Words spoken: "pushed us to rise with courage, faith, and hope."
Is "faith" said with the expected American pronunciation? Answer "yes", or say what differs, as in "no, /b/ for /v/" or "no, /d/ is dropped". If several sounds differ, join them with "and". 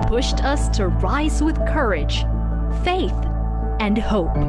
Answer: yes